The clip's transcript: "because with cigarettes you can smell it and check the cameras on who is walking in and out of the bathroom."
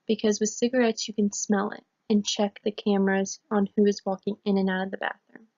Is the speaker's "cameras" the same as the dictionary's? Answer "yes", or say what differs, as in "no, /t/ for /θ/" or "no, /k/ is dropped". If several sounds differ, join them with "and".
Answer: yes